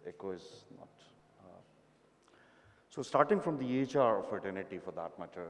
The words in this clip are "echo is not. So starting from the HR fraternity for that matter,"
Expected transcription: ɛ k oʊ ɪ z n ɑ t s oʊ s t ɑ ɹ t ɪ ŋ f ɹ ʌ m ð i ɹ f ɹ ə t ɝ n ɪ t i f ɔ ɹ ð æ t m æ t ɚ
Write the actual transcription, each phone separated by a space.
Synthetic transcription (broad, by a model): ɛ k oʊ ɪ z n ɑ t s oʊ s t ɑ ɹ t ɪ ŋ f ɹ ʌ m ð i ɹ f ə t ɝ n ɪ t i f ɔ ɹ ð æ t m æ t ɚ